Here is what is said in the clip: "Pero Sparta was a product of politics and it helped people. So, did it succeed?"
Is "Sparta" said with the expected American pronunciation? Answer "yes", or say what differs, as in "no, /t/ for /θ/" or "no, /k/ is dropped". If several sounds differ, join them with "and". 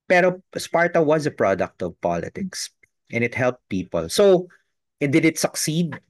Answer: yes